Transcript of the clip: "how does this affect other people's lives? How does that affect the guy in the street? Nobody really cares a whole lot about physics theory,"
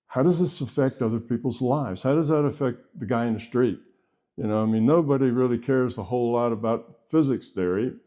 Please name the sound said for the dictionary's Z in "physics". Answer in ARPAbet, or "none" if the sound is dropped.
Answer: Z